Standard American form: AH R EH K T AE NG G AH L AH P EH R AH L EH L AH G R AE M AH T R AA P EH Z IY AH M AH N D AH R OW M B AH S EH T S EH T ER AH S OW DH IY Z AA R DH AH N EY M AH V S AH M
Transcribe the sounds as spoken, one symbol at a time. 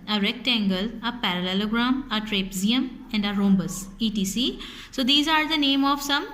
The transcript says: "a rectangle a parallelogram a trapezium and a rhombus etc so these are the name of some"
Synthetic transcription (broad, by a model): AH R EH K T AE NG G AH L AH P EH R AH L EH L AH G R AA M AH T R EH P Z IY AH M AH N D AH R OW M B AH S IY T IY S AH S OW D IY Z AA R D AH N EY M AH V S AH M